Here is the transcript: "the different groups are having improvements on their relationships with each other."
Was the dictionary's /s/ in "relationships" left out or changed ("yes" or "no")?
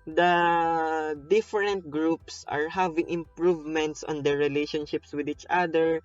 no